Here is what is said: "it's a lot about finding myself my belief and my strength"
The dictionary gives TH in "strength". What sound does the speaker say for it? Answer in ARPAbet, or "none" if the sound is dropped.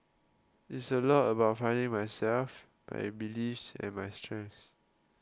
S